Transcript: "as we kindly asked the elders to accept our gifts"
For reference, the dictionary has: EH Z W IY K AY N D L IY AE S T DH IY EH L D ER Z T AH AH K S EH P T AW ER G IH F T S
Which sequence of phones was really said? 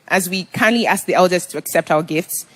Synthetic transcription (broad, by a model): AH Z W IY K AY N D L IY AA S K DH IY EH L D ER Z T AH AH K S EH P T AW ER G IH F T S